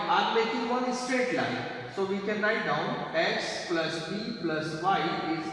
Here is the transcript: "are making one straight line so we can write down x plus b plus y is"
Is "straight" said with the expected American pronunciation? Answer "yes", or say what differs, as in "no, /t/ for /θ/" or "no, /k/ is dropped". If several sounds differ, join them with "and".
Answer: yes